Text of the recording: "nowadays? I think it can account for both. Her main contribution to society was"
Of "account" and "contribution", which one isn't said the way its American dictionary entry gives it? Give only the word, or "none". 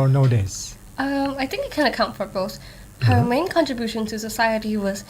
none